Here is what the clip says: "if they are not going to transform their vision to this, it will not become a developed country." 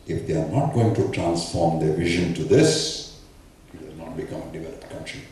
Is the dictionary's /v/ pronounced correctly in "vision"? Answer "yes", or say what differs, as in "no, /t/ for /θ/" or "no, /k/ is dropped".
yes